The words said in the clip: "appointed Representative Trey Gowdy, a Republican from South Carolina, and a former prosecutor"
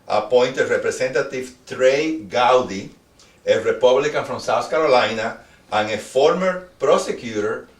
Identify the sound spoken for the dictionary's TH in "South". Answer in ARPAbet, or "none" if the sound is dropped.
S